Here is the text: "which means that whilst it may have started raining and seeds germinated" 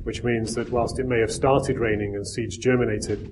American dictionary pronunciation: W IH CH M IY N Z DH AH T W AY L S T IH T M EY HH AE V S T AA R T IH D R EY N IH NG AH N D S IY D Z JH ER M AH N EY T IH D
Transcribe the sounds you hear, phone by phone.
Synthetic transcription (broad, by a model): W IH CH M IY N Z DH AH T W AY L S T IH T M EY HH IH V S T AA R T IH D R EY N IH NG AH N S IY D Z JH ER M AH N EY T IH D